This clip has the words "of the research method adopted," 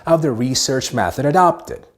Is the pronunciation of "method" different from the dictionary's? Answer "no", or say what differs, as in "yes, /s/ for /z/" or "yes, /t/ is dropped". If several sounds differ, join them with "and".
no